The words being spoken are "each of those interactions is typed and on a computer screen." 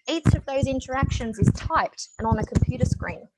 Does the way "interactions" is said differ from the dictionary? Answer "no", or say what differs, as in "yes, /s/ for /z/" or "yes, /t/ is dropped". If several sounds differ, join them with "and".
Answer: no